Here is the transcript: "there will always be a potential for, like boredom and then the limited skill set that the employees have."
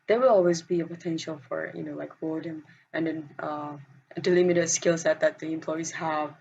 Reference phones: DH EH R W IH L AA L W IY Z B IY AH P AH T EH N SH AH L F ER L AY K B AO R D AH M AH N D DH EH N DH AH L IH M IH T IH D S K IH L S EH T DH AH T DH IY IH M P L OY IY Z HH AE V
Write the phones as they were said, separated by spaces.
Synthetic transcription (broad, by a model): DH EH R W IH L AA L W IY Z B IY AH P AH T EH N SH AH L F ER L AY K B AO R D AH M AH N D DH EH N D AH L IH M IH T IH D S K IH L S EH T DH AH T DH IY IH M P L OY IY Z HH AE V